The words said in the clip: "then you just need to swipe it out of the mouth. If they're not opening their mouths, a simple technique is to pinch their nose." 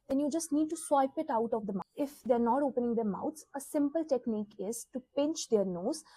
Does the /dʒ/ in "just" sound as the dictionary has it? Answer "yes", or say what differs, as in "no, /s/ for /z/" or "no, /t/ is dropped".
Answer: yes